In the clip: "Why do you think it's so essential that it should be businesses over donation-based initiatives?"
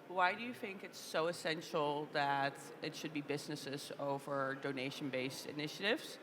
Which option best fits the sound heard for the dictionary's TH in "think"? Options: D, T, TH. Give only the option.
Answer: TH